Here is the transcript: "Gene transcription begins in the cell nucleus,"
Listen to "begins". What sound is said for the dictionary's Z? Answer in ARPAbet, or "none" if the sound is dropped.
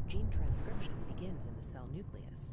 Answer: Z